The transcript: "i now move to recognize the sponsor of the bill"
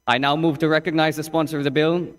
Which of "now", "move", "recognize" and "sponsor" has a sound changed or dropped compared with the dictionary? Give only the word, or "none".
none